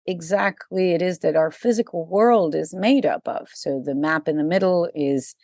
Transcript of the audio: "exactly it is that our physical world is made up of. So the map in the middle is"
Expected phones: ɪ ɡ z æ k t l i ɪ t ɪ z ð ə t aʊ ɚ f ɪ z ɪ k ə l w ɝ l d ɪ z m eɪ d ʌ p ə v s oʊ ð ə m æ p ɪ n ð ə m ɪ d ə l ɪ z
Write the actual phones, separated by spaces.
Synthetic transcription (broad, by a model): ɪ ɡ z æ k t l i ɪ t ɪ z ð ə t aʊ ɚ f ɪ z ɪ k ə l w ɝ l d ɪ z m eɪ d ʌ p ə v s oʊ ð ə m æ p ɪ n ð ə m ɪ d l ɪ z